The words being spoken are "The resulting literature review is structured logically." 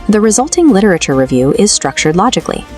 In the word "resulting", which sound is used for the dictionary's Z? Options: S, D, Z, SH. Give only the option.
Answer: Z